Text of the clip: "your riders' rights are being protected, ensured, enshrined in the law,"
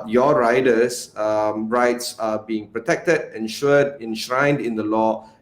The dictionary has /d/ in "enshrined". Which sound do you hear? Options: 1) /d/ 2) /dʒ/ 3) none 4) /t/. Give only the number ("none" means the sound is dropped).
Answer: 1